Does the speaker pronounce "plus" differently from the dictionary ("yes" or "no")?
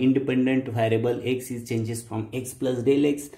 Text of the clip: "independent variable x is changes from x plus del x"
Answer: no